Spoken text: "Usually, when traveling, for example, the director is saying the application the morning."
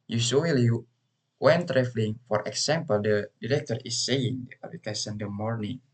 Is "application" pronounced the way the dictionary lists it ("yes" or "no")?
no